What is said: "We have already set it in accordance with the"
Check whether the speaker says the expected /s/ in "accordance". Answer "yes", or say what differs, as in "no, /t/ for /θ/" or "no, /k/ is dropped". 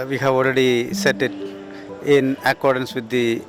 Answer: yes